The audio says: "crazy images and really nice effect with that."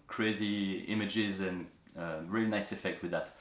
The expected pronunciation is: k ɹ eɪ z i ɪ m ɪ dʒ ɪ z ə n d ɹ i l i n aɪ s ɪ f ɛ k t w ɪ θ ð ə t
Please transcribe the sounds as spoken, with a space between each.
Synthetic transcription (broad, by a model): k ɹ eɪ z i ɪ m ɪ dʒ ɪ z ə n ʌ ɹ i l i n aɪ s ɪ f ɛ k t w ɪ ð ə t